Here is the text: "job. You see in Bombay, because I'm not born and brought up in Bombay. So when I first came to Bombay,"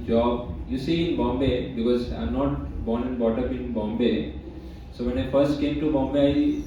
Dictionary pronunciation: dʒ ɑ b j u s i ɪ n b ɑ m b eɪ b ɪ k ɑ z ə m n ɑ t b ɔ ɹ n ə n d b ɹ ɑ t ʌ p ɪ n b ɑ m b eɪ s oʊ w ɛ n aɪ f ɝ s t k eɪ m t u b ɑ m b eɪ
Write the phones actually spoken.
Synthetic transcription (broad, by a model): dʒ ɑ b j u s i ɪ n b ɑ m b eɪ b ɪ k ɑ z ə m n ɑ t b ɔ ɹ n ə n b ɑ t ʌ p ɪ n b ɑ m b eɪ s oʊ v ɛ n aɪ f ɝ s t k eɪ m t u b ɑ m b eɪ